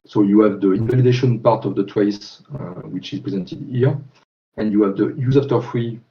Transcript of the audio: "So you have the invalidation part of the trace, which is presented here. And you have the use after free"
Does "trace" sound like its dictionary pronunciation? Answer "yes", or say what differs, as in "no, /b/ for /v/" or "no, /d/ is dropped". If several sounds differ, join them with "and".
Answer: no, /w/ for /ɹ/